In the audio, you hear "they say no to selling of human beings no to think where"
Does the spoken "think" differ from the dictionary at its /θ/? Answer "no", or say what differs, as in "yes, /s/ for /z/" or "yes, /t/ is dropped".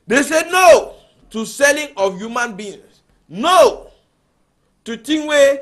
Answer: yes, /t/ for /θ/